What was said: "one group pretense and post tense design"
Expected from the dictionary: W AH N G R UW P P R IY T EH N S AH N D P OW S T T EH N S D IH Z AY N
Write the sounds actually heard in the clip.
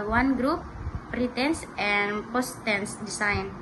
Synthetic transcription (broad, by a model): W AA N G R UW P P R IY T EH N S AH N P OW S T T EH N S D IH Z AY N